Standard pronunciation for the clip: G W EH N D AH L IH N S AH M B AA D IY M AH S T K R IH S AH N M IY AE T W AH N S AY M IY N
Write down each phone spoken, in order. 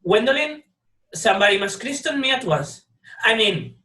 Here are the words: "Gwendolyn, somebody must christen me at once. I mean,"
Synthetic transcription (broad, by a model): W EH N D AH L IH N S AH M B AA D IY M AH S K R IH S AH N M IY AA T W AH S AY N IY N